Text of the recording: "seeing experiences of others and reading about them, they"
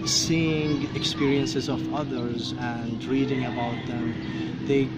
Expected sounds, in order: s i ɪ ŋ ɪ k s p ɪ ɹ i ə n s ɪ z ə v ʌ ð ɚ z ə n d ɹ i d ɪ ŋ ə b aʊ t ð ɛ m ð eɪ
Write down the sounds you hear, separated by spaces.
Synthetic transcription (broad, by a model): s i ɪ ŋ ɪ k s p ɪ ɹ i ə n s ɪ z ə v ʌ ð ɚ z ə n d ɹ i d ɪ ŋ ə b aʊ t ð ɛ m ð eɪ